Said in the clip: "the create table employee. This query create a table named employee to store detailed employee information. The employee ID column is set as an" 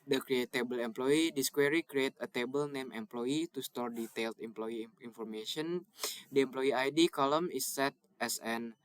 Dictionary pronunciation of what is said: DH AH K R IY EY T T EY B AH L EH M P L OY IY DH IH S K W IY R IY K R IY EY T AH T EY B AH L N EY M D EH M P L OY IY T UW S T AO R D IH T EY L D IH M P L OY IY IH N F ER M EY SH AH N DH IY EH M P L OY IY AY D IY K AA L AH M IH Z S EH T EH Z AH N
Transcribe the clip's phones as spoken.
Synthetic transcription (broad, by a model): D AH K R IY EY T T EY B AH L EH M P L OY IY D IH S K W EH R IY K R IY EY T AH T EY B AH L N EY M EH M P L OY IY T UW S T AO R D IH T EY L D IH M P L OY IY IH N F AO M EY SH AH N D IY EH M P L OY IY AY D IY K AA L AH M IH S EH T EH S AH N